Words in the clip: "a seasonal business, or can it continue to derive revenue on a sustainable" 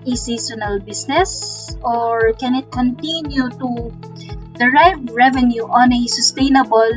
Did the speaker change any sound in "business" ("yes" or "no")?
yes